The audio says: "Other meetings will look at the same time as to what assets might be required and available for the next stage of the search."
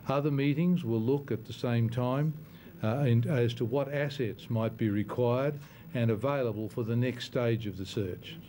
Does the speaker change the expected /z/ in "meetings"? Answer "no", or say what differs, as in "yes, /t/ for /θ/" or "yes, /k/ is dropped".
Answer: no